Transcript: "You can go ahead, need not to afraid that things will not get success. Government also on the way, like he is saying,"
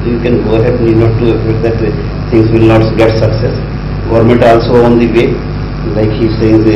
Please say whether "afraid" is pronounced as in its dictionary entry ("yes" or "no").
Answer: no